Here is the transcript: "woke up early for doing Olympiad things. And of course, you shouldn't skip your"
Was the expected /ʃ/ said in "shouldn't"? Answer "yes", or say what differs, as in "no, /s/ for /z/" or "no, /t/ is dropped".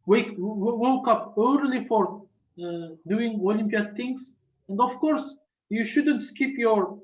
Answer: yes